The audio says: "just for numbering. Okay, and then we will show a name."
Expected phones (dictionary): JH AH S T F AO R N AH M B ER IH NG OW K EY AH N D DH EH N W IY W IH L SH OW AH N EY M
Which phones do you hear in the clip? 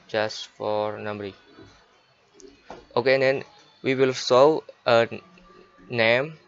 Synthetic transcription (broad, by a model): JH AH S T F AO R N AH M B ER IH OW K EY AH N D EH N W IY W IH L S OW AH N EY M